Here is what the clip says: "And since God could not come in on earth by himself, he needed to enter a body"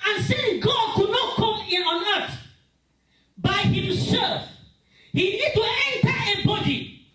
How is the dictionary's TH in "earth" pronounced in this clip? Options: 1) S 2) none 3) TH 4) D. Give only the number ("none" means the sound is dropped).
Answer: 1